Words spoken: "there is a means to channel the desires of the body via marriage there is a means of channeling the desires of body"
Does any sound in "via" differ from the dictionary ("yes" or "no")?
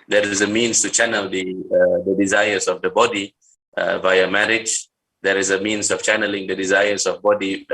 no